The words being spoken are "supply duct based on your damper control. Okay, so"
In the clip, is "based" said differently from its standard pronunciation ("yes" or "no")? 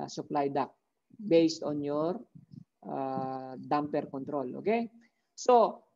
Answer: no